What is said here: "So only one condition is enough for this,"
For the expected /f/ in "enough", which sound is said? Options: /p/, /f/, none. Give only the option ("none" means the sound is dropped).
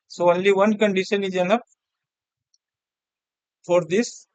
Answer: /p/